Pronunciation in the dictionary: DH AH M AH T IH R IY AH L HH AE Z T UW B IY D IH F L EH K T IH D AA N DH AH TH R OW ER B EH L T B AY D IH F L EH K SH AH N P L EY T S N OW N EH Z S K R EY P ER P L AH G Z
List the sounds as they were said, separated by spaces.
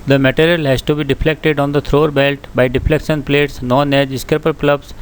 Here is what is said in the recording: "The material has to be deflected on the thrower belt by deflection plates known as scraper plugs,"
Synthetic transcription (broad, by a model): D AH M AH T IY R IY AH L HH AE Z T UW B IY D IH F L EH K T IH D AA N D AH T R OW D B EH L T B AY D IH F L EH K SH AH N P L EY T S N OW N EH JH S K R EY P ER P L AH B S